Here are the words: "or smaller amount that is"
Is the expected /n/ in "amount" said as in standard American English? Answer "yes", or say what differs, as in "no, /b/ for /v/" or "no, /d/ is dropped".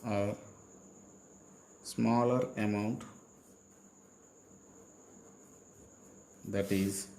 yes